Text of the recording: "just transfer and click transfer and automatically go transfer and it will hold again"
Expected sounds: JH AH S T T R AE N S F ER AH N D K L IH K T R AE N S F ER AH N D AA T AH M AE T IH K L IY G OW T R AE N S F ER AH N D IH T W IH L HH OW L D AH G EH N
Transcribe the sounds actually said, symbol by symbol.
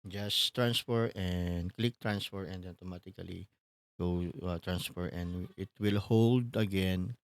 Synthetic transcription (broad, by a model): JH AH S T T R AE N S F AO AH N D K L IH K T R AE N S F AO AH N D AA T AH M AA T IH K L IY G OW T R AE N S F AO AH N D IH T W IH L HH OW L D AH G EH N